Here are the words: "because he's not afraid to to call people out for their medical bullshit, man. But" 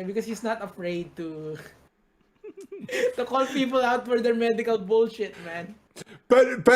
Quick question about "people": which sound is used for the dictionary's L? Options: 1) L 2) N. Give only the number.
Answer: 1